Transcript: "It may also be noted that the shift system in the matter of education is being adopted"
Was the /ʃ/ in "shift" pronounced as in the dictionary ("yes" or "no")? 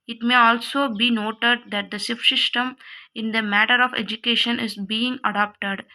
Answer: no